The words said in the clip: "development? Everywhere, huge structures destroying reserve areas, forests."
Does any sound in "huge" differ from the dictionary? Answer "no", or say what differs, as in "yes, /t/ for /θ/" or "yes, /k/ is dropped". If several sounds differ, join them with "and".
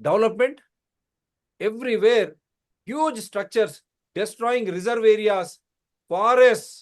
no